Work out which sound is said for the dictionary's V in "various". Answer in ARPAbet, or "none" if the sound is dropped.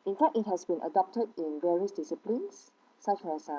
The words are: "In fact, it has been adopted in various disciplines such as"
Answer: V